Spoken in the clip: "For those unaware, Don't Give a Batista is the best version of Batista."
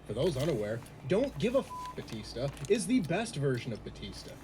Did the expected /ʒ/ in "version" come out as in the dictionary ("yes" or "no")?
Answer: yes